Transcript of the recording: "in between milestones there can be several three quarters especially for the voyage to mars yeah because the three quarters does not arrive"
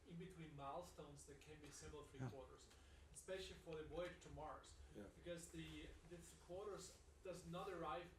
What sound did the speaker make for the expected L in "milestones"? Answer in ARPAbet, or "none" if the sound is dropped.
L